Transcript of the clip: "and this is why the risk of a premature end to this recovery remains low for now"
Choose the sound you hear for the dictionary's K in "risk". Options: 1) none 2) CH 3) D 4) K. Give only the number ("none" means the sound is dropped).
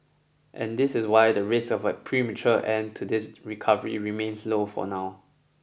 1